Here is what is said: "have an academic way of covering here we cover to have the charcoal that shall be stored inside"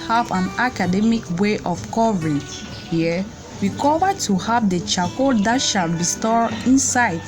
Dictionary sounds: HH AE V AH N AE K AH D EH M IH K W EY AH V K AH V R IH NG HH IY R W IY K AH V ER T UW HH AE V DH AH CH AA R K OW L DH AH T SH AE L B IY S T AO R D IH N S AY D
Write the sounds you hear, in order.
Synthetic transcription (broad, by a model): HH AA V AH N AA K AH D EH M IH K W EY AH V K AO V R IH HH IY W IY K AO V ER T UW HH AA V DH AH CH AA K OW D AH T SH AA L B IY S T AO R IH N S AY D